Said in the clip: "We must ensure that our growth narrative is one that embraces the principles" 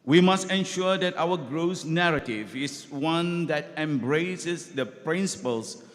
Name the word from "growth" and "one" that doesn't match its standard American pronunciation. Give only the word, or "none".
growth